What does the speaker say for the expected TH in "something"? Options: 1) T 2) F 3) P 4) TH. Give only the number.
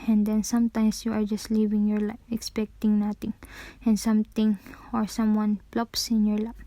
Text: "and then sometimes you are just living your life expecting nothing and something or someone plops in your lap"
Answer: 1